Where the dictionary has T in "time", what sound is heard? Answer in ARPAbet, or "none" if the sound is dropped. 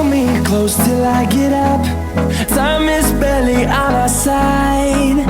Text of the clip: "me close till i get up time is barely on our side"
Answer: S